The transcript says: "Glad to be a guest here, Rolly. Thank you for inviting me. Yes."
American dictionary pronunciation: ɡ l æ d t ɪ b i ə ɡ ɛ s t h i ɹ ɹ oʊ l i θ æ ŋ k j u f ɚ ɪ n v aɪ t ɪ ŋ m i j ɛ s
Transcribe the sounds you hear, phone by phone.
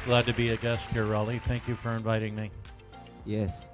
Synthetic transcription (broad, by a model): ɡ l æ d t ɪ b i ə ɡ ɛ s t h i ɹ ɹ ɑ l i θ æ ŋ k j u f ɚ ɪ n v aɪ t ɪ ŋ m i j ɛ s